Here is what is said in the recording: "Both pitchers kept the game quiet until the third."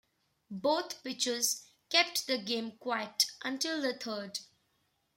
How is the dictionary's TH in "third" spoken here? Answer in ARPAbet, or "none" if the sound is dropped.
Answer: T